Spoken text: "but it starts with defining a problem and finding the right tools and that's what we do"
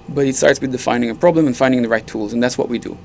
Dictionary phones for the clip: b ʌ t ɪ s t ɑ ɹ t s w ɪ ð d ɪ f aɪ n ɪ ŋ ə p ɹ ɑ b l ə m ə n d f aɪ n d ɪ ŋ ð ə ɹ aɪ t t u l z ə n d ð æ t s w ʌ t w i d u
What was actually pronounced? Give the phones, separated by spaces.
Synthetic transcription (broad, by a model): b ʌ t ɪ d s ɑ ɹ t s w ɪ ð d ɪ f aɪ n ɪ ŋ ə p ɹ ɑ b l ə m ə n f aɪ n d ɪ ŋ ð ə ɹ aɪ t t u l z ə n ð æ t s w ʌ t w i d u